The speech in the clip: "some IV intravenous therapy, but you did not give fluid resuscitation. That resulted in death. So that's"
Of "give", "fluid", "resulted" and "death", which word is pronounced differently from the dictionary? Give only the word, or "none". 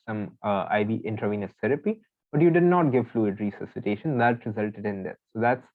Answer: death